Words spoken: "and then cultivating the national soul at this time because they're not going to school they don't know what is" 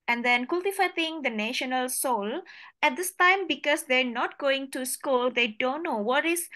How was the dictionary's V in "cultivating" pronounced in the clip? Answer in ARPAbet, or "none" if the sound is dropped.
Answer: F